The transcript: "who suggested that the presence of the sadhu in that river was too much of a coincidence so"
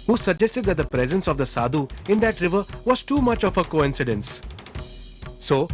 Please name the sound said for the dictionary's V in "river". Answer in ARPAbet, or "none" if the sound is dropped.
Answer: V